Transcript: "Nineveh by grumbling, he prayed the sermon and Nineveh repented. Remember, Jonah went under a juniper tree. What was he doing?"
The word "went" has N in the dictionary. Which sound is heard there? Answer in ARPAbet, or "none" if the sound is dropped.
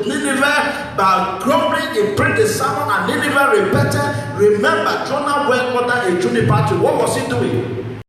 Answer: none